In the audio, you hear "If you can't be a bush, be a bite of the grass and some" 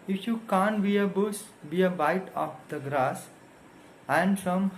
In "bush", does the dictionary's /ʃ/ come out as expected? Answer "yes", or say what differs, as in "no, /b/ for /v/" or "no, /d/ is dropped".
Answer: no, /s/ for /ʃ/